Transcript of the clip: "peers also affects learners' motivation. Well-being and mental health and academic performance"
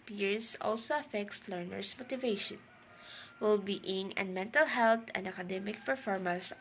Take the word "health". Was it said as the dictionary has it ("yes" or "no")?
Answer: no